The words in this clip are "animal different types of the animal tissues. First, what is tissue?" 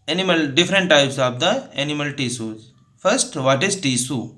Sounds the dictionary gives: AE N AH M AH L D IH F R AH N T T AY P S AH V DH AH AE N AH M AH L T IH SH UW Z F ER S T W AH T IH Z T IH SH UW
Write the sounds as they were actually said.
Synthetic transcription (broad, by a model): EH N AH M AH L D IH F R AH N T T AY P S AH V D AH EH N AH M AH L T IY S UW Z F ER S T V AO T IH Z T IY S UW